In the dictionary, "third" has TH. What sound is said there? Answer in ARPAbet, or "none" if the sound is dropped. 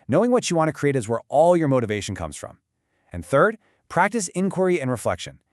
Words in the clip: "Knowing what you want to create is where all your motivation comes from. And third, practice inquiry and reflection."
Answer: TH